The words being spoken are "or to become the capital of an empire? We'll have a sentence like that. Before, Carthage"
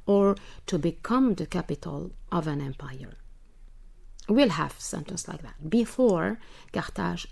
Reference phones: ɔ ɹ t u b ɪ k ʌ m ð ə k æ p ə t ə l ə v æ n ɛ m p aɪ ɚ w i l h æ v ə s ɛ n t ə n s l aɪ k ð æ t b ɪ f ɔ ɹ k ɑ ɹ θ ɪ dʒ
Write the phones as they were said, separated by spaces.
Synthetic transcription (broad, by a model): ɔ ɹ t u b ɪ k ʌ m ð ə k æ p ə t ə l ə v æ n ɛ m p aɪ ɚ w i l h æ v s ɛ n t ə n s l aɪ k ð æ t b ɪ f ɔ ɹ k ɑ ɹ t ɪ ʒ